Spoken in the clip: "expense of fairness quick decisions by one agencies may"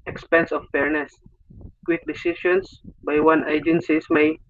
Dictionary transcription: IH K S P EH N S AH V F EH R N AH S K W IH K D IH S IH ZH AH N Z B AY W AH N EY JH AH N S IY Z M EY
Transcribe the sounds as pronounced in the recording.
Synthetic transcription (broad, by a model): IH K S P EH N S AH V F EH R N AH S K W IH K D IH S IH SH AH N S B AY W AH N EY JH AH N S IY S M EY